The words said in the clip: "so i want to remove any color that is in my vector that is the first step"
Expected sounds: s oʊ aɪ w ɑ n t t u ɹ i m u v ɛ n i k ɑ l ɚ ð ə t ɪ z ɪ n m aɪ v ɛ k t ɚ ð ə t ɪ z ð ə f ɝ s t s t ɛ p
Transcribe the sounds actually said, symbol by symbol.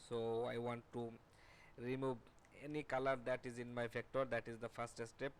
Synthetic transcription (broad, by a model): s oʊ aɪ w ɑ n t t u ɹ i m u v ɛ n i k ɑ l ɚ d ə t ɪ z ɪ n m aɪ f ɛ k t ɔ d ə t ɪ z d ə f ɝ s t s t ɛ p